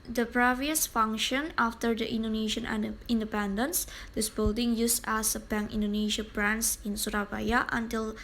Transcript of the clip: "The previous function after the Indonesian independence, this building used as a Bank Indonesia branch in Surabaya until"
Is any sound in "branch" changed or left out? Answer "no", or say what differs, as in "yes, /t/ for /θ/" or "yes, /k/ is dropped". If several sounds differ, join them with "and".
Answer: yes, /s/ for /tʃ/